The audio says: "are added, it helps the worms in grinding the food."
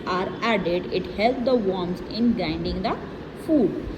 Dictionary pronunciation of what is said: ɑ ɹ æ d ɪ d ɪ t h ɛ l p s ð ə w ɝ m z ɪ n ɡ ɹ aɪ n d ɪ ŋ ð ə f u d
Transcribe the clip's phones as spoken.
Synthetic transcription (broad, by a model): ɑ ɹ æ d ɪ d ɪ t h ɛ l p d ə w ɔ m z ɪ n ɡ aɪ n d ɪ ŋ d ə f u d